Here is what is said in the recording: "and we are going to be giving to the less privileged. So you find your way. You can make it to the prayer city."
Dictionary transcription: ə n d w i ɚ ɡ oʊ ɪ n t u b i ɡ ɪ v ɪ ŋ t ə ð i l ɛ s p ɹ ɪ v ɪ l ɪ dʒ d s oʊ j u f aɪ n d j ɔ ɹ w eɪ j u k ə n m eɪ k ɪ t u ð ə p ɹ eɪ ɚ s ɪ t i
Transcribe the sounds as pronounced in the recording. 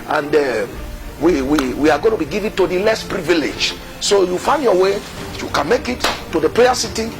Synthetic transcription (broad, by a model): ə n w w i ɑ ɡ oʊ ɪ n t u b i ɡ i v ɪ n t ə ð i l ɛ s p ɹ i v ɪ l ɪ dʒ s oʊ j u f aɪ n d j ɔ w eɪ j u k ə n m eɪ k ɪ t u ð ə p l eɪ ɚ s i t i